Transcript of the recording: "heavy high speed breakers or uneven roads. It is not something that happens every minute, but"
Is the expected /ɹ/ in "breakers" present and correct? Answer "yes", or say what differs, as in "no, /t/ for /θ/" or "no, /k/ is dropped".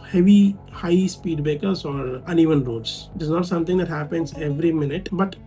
no, /ɹ/ is dropped